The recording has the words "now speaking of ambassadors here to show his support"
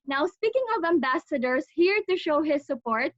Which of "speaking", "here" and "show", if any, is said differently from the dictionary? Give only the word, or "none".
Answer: none